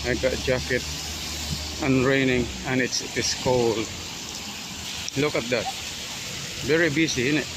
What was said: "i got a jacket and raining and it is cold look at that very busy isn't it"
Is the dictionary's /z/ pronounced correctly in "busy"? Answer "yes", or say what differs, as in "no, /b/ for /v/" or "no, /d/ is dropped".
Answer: no, /s/ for /z/